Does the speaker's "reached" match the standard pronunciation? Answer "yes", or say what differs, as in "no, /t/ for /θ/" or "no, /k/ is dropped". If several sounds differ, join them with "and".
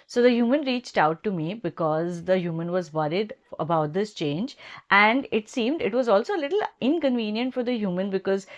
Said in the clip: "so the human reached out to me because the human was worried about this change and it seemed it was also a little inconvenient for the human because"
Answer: yes